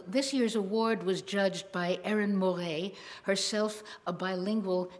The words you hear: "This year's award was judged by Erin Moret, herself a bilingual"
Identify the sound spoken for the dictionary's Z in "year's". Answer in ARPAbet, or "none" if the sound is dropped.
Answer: Z